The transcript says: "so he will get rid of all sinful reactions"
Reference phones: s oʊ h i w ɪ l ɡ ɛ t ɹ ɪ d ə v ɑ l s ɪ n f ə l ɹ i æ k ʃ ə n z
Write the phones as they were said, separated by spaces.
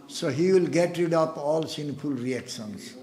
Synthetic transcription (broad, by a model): s oʊ h i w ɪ l ɡ ɛ t ɹ ɪ d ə p ɑ l s ɪ n f ə l ɹ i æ k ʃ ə n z